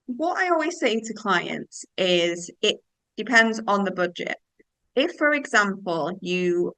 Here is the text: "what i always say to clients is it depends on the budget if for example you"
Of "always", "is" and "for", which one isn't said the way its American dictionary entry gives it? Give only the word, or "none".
none